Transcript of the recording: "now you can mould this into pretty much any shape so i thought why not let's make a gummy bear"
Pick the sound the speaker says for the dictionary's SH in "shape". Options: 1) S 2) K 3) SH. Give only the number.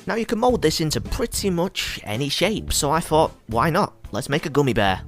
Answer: 3